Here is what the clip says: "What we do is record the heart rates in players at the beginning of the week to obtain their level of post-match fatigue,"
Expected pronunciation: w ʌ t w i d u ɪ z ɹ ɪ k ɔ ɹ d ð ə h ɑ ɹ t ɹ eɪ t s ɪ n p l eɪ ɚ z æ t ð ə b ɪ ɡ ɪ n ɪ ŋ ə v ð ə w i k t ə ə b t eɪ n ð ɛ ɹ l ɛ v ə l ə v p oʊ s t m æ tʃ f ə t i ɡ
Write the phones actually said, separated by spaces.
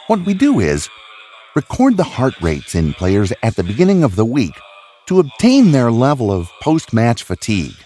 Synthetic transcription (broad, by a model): w ʌ t w i d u ɪ z ɹ ɪ k ɔ ɹ d ð ə h ɑ ɹ t ɹ eɪ t s ɪ n p l eɪ ɚ z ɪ t ð ə b ɪ ɡ ɪ n ɪ ŋ ə v ð ə w i k t ə ə b t eɪ n ð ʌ ɹ l ɛ v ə l ə v p oʊ s t m æ tʃ f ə t i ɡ